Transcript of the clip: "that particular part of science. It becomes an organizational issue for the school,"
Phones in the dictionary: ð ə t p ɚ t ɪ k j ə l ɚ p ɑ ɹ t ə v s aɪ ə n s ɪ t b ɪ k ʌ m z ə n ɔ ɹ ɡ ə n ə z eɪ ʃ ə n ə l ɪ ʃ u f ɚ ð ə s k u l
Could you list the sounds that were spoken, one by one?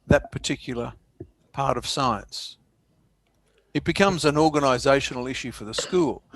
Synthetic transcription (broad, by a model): ð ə t p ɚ t ɪ k j l ɚ p ɑ ɹ t ə v s aɪ ə n s ɪ t b ɪ k ʌ m z ə n ɔ ɹ ɡ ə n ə z eɪ ʃ n l ɪ ʃ u f ɚ ð ə s k u l